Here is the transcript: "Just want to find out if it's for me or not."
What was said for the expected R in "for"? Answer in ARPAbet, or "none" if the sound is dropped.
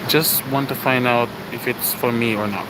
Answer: R